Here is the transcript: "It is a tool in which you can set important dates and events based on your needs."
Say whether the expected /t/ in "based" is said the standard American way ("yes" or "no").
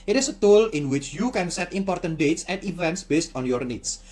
yes